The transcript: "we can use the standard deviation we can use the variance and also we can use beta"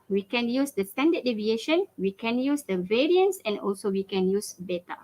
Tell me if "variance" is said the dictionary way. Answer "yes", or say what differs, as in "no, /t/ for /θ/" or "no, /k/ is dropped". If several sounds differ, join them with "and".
yes